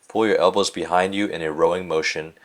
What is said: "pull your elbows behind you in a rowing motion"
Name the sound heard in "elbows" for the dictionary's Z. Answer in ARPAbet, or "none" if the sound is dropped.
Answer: Z